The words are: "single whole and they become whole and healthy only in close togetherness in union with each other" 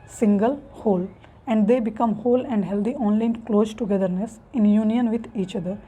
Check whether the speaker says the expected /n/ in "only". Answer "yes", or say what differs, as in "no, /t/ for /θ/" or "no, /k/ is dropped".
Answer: yes